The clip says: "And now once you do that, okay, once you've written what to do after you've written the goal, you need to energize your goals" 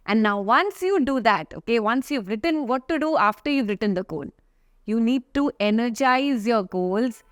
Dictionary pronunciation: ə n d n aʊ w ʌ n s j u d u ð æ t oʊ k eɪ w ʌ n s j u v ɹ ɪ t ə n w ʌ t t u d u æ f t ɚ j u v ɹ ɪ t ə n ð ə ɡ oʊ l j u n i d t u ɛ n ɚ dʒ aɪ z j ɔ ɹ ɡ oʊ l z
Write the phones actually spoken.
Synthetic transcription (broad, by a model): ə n d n aʊ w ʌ n s j u d u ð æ t oʊ k eɪ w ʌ n s j u v ɹ ɪ t ə n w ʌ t t u d u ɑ f t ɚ j u v ɹ ɪ t ə n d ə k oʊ n j u n i d t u ɛ n ɚ dʒ aɪ z j ɔ ɹ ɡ oʊ l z